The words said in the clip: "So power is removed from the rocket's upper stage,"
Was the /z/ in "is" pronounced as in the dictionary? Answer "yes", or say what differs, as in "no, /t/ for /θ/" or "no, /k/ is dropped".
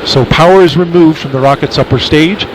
yes